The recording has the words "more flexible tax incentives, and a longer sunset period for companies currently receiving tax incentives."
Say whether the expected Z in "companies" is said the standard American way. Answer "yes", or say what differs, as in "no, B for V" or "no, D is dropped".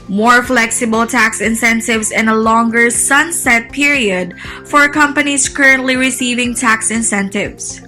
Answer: no, S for Z